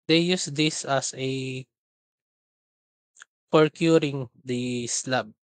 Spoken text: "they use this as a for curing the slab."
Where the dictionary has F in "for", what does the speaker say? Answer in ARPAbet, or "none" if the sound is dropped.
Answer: P